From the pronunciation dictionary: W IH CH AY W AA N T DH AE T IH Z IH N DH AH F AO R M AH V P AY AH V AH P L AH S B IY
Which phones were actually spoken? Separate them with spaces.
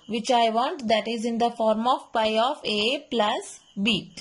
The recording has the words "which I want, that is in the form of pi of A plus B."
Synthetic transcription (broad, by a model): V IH CH AY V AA N T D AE T IH Z IH N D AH F AO R M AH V P AY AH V AH P L AH S B IY